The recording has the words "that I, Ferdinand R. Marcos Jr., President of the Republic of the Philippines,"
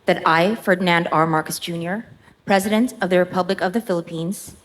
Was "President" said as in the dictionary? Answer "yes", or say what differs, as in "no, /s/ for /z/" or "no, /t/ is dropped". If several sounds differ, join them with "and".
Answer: yes